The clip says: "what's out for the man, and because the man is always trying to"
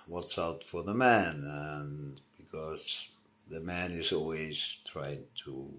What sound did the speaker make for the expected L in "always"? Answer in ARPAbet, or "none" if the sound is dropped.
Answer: L